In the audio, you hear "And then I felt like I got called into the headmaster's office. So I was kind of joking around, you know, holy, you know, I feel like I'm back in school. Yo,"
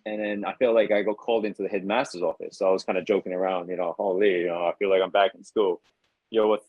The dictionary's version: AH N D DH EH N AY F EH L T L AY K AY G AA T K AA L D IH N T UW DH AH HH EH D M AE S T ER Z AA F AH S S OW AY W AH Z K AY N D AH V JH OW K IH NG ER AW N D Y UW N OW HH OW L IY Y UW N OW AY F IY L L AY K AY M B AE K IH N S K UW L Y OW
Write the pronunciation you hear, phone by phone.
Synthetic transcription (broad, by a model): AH N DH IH N AY F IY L L AY K AY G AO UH K AA L D IH N T UW DH AH HH EH D M AE S T ER Z AA F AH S S OW AY W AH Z K AY N D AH JH OW K IH NG ER AW N D Y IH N OW HH OW L IY Y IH N OW AY F IY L L AY K AY M B AE K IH N S K UW L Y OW